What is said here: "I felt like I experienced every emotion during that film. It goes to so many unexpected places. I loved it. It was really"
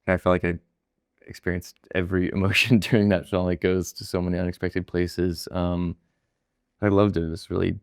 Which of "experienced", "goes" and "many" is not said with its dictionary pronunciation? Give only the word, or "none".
none